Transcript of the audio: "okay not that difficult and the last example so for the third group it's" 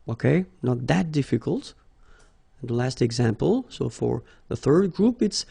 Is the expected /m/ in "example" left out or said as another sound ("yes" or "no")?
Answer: no